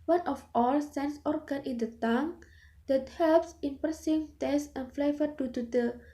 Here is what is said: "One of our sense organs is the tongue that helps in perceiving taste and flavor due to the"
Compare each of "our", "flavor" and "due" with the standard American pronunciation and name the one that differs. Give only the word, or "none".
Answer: our